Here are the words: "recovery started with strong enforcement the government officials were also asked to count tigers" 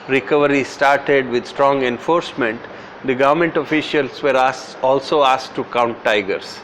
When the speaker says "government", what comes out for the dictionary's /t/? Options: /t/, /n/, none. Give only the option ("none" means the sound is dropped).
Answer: /t/